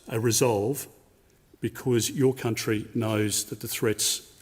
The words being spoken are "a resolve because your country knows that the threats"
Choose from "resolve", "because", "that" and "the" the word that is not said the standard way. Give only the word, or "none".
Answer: none